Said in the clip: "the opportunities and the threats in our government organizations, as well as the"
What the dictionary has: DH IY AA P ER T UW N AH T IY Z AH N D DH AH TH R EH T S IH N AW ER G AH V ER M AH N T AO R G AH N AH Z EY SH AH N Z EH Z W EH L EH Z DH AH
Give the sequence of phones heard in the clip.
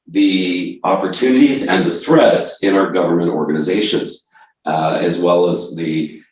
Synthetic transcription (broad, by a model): DH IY AA P ER T UW N AH T IY Z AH N DH AH TH R EH T S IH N AW ER G AH V ER M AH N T AO R G AH N AH Z EY SH AH N Z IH Z W EH L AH Z DH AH